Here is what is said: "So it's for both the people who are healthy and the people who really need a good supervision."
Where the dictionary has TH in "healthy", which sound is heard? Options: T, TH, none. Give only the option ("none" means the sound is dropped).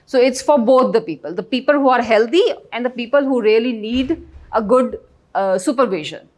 T